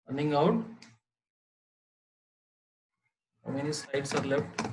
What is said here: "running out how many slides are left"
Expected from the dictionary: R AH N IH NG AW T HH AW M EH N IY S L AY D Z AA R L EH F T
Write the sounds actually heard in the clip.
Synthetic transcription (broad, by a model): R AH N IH NG AW T HH AW M EH N IY S AY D S AA R L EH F T